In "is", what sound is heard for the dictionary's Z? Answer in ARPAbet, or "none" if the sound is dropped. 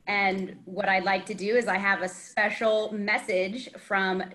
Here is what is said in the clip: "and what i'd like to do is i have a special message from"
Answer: Z